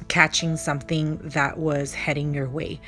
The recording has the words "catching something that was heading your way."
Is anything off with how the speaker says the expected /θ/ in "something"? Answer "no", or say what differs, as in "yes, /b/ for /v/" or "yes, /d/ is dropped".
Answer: no